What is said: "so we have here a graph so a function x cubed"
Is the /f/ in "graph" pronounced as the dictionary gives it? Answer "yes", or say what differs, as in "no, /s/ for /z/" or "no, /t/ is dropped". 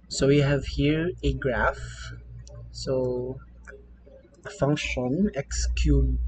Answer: yes